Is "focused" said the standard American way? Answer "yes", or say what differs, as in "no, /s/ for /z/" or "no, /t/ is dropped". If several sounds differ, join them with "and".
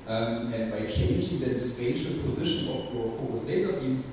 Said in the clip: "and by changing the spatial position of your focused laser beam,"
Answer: no, /k/ is dropped